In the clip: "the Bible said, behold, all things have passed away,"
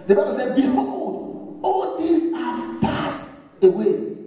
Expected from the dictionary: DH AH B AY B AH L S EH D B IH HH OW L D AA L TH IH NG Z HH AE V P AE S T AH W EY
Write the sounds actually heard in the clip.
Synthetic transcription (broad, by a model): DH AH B AY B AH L S EH D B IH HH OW D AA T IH Z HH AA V P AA S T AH W EY